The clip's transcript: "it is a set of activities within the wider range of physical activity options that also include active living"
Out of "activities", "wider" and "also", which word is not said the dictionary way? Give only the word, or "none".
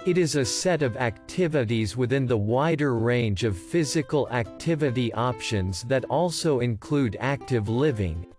none